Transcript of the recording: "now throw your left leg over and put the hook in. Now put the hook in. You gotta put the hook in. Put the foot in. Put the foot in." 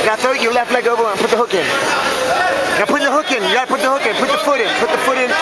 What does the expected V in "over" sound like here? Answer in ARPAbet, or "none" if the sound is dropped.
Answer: B